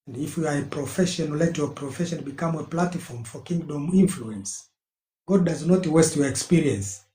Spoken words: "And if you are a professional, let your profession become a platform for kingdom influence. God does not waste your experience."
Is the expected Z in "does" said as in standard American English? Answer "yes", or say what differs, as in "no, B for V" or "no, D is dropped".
yes